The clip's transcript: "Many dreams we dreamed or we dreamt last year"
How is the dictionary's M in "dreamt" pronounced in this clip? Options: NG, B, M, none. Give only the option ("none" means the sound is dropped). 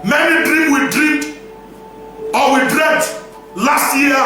none